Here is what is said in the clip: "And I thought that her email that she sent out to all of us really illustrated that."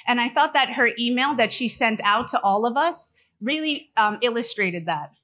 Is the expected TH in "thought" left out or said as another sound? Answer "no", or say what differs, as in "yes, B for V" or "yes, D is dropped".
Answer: no